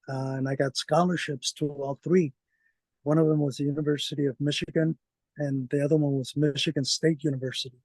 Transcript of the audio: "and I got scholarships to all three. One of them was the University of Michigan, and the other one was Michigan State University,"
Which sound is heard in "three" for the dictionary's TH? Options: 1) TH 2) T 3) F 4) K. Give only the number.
1